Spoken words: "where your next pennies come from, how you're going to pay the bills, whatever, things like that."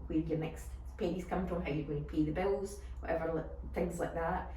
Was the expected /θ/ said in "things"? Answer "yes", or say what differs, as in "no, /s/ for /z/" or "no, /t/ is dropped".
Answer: yes